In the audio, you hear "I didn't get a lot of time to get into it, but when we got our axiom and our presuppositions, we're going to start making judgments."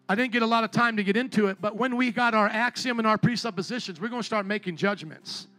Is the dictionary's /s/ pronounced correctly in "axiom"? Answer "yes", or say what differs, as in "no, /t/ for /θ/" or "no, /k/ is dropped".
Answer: yes